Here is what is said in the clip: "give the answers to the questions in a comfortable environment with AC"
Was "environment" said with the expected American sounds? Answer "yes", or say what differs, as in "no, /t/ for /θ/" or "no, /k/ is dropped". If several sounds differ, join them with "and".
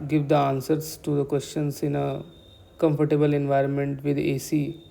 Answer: yes